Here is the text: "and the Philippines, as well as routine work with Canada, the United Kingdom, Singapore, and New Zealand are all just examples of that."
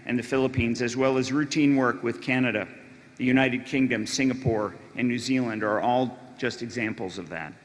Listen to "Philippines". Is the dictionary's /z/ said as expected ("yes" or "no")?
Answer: yes